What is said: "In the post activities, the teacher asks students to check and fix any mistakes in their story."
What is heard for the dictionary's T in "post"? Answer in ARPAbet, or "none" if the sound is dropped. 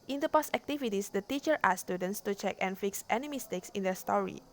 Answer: none